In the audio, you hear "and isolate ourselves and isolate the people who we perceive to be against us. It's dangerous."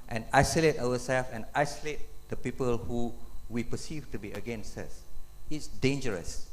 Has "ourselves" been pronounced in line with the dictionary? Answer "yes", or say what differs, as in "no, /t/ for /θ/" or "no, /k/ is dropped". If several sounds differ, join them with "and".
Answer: no, /w/ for /ɹ/